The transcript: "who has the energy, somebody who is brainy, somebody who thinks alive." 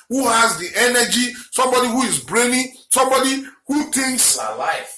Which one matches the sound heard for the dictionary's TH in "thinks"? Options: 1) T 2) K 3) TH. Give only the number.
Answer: 1